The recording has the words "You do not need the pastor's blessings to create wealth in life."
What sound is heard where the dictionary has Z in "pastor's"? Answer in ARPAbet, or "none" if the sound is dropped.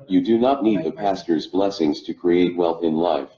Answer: Z